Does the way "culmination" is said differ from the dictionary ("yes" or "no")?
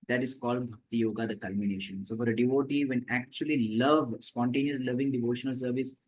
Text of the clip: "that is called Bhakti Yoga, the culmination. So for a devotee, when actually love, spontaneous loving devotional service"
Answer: no